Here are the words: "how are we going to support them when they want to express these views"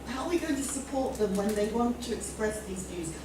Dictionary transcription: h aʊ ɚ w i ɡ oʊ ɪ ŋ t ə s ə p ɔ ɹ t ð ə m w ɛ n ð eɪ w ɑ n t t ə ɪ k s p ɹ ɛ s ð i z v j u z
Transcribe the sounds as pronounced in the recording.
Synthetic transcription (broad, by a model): h aʊ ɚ w i ɡ oʊ ɪ ŋ t ə s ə p ɔ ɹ t ð ə m w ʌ n ð eɪ w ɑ n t t ə ɪ k s p ɹ ɛ s ð i z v j u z